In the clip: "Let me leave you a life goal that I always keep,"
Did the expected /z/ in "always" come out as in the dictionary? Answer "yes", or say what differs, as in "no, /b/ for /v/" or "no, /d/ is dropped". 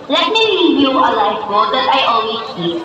no, /z/ is dropped